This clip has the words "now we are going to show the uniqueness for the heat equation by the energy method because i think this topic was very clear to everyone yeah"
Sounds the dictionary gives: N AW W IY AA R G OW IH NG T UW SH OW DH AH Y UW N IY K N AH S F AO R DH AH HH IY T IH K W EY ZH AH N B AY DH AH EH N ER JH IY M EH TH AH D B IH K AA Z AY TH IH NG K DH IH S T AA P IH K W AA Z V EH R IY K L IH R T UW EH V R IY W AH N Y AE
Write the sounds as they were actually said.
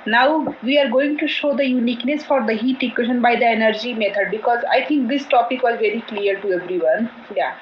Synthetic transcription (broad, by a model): N AW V IY AA R G OW IH NG T UW SH OW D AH Y UW N IY K N AH S F AO R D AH HH IY T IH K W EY SH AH N B AY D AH EH N ER JH IY M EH T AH D B IH K AA Z AY T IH NG K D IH S T AA P IH K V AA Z V EH R IY K L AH R T UW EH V R IY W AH N Y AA